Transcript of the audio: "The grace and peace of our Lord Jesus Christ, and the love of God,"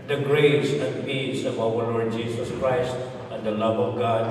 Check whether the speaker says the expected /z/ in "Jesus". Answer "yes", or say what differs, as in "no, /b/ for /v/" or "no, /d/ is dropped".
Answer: no, /s/ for /z/